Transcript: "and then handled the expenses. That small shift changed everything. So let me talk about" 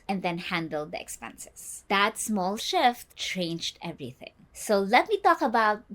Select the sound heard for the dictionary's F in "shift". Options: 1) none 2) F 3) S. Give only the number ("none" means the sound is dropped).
2